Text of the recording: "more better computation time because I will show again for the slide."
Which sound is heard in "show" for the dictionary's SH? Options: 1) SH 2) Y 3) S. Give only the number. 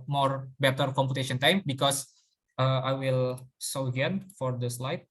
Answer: 3